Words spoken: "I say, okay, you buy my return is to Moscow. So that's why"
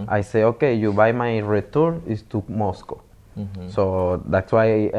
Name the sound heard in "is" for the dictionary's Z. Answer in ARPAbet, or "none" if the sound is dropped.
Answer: S